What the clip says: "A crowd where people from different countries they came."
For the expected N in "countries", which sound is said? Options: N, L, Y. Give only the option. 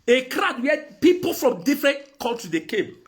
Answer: L